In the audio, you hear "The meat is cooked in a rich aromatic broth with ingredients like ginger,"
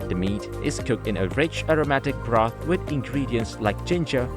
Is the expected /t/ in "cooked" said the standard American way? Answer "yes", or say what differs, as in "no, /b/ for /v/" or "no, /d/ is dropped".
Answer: yes